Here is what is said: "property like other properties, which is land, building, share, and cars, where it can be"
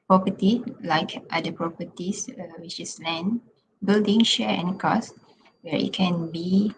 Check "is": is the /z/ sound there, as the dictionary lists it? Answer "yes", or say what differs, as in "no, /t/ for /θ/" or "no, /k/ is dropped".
no, /s/ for /z/